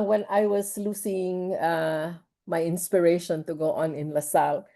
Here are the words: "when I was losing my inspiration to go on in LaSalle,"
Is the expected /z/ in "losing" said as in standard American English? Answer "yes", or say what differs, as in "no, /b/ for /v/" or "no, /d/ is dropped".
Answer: no, /s/ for /z/